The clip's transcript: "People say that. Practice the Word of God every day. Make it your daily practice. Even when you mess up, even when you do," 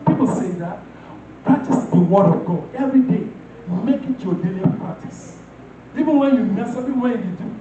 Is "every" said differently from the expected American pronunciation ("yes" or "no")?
no